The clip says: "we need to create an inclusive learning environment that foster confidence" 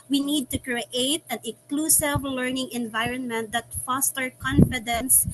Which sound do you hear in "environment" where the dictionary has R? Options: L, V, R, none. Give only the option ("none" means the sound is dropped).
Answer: R